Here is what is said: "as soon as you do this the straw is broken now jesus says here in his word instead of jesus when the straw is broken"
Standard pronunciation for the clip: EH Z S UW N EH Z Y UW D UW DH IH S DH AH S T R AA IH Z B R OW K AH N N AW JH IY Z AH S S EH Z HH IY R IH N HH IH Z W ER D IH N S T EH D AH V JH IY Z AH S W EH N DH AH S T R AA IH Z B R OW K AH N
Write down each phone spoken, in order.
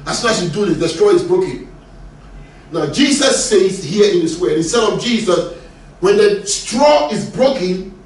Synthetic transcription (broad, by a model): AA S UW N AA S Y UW D UW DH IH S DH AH S T R AA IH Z B R OW K AH N N AW JH IY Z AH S S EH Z HH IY IH N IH S W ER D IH S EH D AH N JH IY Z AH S W EH N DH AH S T R AA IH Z B R OW K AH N